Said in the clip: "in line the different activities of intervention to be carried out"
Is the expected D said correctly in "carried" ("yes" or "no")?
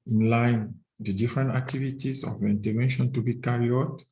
no